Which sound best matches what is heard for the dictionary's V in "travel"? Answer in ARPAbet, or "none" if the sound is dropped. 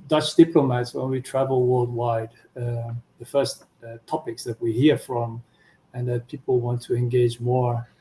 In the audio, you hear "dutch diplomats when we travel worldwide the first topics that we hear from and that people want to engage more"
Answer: V